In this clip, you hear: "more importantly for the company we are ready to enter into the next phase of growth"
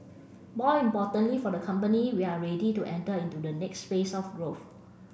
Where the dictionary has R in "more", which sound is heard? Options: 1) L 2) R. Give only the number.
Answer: 1